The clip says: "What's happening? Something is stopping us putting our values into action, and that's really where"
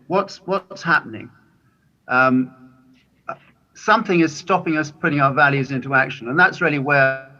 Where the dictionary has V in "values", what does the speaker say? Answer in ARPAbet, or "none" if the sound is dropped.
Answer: V